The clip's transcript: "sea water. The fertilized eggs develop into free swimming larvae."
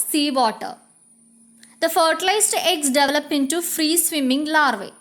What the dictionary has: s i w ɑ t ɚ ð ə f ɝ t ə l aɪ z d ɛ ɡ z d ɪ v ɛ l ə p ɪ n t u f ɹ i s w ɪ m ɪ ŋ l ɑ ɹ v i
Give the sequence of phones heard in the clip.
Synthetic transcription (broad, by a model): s i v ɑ t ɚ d ə f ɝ t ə l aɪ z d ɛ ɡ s d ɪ v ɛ l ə p ɪ n t u f ɹ i s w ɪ m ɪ ŋ l ɑ ɹ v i